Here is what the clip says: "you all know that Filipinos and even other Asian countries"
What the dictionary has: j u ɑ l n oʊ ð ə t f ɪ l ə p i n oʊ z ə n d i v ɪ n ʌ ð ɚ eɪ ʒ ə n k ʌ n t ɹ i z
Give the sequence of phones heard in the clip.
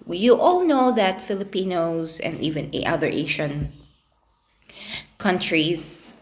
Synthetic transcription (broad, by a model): j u ɑ l n oʊ ð ə t f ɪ l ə p i n oʊ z ə n d i v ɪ n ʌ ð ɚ eɪ ʃ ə n k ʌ n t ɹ i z